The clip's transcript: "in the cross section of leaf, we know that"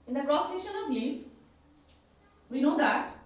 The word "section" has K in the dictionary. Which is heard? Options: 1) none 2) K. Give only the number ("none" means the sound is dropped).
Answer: 1